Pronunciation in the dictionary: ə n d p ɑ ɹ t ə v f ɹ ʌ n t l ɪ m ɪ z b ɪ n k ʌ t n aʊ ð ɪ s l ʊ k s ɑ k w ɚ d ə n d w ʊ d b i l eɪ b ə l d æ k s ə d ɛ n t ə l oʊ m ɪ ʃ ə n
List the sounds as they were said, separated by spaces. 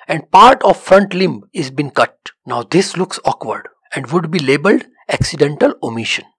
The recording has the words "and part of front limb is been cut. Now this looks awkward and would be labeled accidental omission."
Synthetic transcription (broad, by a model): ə n d p ɑ ɹ t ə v f ɹ ʌ n t l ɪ m ɪ z b ɪ n k ʌ t n aʊ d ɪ s l ʊ k s ɑ k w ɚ d ə n d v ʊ d b i l eɪ b ə l d æ k s ə d ɛ n t ə l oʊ m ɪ ʃ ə n